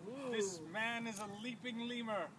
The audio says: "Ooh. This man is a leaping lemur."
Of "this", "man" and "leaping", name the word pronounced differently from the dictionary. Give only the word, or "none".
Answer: none